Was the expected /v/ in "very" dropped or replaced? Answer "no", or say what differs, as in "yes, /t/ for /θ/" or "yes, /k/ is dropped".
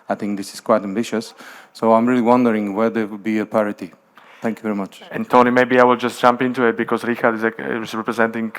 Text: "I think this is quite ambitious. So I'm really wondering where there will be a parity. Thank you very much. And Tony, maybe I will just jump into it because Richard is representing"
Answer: no